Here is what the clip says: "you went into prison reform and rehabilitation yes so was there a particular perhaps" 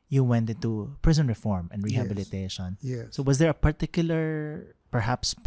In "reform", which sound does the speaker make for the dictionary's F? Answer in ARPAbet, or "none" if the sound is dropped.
F